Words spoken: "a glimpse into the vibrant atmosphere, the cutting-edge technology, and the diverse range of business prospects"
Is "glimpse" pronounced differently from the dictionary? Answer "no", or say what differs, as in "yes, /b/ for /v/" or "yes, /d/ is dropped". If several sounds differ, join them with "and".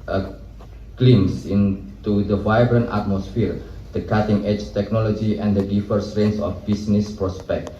yes, /p/ is dropped